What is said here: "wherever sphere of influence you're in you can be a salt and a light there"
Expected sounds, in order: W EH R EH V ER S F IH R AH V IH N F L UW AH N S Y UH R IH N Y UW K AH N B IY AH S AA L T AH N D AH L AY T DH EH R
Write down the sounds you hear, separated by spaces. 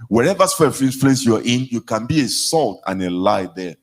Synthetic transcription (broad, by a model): W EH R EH V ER S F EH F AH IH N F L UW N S Y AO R IH N Y UW K AH N B IY AH S AA L T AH N AH L AY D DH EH